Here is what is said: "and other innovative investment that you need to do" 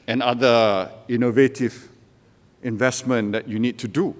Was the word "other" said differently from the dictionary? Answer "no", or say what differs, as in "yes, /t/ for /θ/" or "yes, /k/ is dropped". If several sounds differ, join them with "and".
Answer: yes, /ð/ is dropped